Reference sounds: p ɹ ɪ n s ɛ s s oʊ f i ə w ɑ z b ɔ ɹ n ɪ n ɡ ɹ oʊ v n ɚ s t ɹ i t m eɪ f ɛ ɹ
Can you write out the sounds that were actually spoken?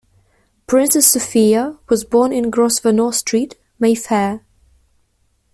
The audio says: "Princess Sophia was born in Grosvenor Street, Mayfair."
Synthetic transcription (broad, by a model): p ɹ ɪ n s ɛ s s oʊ f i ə w ɑ z b ɔ n ɪ n ɡ ɹ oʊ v n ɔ s t ɹ i t m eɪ f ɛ